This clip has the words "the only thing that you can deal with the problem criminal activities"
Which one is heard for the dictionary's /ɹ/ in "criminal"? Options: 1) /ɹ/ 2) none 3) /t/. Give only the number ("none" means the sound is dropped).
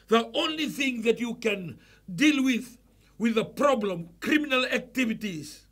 1